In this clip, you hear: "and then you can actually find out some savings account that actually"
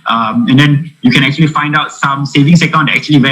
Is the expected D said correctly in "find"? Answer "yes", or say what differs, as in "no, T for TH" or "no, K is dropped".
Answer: yes